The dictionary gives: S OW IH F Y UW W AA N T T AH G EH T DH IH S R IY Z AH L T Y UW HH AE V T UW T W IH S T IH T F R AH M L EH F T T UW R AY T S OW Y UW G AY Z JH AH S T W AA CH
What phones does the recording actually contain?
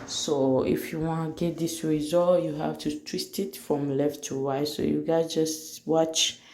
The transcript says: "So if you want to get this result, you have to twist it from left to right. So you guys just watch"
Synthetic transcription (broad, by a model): S OW IH F Y UW W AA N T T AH G EH T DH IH S R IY Z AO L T Y UW HH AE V T UW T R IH S T IH T F R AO M L EH F T T UW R AY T S OW Y UW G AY JH AH S T W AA CH